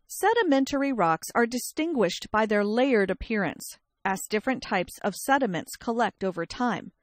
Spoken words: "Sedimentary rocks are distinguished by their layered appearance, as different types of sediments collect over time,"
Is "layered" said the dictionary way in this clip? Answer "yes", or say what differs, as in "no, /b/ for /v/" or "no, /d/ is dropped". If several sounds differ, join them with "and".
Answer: yes